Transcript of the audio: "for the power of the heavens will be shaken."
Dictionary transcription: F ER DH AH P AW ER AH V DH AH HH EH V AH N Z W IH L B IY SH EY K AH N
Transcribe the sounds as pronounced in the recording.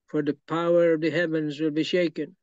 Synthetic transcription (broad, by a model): F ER DH AH P AW ER AH V DH AH HH EH V AH N Z W IH L B IY SH EY K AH N